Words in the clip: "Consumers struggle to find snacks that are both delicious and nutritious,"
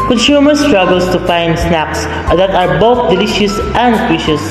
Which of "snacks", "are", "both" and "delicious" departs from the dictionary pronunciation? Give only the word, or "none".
none